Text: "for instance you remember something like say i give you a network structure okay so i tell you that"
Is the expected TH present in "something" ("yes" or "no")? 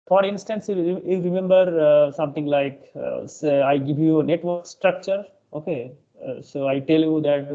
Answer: no